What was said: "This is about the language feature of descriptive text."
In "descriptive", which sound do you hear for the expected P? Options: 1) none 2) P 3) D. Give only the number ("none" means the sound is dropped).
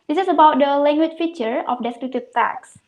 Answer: 1